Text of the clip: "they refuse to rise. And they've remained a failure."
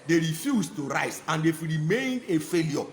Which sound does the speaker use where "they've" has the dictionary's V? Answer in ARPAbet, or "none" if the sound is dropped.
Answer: F